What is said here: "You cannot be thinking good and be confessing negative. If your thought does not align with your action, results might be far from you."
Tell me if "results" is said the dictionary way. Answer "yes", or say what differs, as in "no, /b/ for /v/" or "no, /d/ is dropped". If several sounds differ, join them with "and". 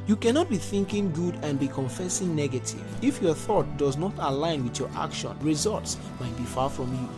yes